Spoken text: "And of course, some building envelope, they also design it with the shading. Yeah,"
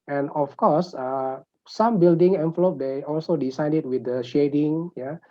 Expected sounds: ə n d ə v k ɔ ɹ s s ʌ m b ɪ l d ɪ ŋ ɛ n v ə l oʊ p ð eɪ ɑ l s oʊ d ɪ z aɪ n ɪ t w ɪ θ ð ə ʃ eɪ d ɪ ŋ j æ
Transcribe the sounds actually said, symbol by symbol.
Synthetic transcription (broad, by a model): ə n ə f k ɔ s s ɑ m b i l d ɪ ŋ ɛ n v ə l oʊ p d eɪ ɑ l s oʊ d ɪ s aɪ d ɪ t w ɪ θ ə ʃ eɪ d ɪ ŋ j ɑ